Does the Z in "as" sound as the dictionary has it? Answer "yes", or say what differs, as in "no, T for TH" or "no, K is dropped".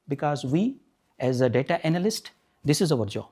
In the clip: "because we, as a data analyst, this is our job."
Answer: yes